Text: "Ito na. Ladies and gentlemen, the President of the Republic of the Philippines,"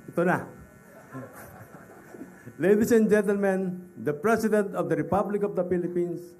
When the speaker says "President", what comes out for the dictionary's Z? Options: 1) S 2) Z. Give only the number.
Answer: 1